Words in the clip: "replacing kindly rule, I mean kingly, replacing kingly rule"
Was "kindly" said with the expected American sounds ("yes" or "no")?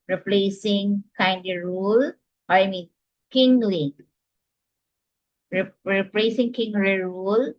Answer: no